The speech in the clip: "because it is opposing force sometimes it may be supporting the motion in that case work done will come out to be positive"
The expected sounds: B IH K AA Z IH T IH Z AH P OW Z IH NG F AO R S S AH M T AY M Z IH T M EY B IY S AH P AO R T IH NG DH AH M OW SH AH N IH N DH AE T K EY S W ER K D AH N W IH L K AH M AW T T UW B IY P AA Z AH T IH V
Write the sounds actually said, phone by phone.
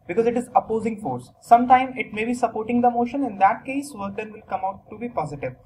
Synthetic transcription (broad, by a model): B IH K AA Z IH T IH Z AH P OW Z IH NG F AO R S S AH M T AY M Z IH T M EY B IY S AH P AO R T IH NG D AH M OW SH AH N IH N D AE T K EY S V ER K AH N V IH L K AH M AW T T UW B IY P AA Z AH T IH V